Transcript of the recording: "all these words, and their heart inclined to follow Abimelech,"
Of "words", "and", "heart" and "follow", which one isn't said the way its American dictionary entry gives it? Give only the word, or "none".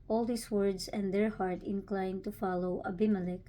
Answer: words